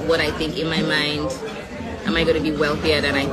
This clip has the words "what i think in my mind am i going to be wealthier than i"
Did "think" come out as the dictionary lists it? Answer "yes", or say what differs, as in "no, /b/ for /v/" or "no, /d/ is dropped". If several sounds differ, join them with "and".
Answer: yes